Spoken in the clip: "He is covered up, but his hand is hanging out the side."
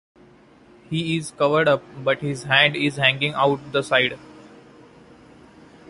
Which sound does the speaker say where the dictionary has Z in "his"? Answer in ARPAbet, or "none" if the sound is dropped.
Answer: Z